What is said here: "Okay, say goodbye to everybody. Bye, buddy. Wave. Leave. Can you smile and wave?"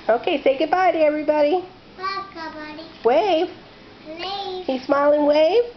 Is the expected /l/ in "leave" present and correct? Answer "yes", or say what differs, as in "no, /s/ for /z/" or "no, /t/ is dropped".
no, /w/ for /l/